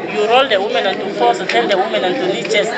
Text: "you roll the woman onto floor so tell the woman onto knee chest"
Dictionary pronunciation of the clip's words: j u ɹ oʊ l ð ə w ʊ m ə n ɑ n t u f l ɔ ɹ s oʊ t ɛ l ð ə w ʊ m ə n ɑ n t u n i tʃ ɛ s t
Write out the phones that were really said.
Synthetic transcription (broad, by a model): j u ɹ oʊ l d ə w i m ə n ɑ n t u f ɔ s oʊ t ɛ l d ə w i m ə n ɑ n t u l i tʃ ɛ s